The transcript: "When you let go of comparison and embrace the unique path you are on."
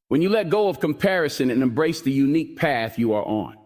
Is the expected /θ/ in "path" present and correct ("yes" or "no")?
yes